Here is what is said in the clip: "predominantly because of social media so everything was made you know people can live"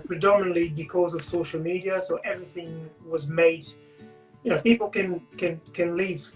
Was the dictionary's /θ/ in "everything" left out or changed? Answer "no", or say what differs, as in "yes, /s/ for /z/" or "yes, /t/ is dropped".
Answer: no